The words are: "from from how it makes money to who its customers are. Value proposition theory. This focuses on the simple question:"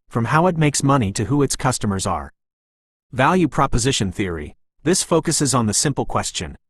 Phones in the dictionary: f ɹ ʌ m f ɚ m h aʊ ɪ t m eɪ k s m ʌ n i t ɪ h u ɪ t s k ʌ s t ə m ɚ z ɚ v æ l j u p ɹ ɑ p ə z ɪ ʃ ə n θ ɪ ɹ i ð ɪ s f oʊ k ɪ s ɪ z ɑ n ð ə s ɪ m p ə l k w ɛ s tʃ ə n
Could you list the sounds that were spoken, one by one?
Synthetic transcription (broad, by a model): f ɹ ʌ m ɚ m h aʊ ɪ t m eɪ k s m ʌ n i t ɪ h u ɪ t s k ʌ s t ə m ɚ z ɚ v æ l j u p ɹ ɑ p ə z ɪ ʃ ə n θ ɪ ɹ i ð ɪ s f oʊ k ɪ s ɪ z n ð ə s ɪ m p l k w ɛ s tʃ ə n